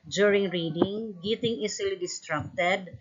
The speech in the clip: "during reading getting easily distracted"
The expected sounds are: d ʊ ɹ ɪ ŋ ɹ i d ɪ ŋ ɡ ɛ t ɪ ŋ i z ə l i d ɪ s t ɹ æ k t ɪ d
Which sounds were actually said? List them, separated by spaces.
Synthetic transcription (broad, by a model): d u ɹ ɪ ŋ ɹ i d ɪ ŋ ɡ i t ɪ ŋ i s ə l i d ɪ s t ɹ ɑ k t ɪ d